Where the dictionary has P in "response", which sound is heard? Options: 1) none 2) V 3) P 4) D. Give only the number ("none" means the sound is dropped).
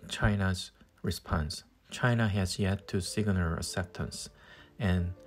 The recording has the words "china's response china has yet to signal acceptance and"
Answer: 3